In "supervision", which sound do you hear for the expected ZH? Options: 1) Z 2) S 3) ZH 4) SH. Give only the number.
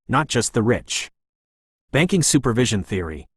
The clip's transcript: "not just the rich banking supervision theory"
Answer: 3